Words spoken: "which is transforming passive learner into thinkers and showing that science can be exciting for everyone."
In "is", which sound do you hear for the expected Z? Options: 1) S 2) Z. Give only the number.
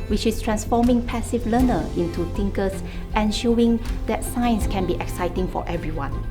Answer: 1